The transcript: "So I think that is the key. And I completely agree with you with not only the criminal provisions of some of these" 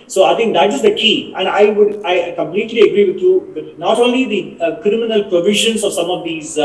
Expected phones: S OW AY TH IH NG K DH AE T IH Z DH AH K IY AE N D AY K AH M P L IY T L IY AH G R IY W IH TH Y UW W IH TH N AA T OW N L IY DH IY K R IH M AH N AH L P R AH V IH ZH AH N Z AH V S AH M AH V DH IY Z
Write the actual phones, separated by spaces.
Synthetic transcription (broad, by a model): S OW AY T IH NG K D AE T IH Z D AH K IY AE N D AY K AH M P L IY T L IY AH G R IY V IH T Y UW N AA T OW N L IY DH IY K R IH M AH N AH L P R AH V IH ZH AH N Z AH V S AH M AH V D IY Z